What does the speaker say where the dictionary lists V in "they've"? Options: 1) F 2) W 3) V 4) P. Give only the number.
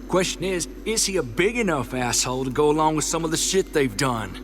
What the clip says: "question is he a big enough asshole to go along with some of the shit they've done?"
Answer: 3